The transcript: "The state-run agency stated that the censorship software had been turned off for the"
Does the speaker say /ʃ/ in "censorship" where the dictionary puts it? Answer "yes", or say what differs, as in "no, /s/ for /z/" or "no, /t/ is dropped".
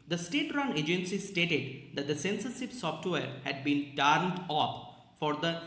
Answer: no, /s/ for /ʃ/